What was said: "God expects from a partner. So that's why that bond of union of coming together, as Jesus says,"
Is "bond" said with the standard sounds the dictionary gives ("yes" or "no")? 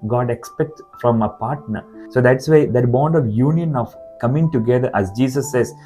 yes